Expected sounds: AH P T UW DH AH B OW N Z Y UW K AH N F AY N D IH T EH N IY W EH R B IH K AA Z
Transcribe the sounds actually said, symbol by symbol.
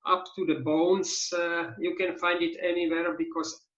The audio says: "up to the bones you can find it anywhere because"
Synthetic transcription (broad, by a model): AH P T UW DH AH B OW N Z Y UW K AH N F AY N D IH T EH N IY W EH R B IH K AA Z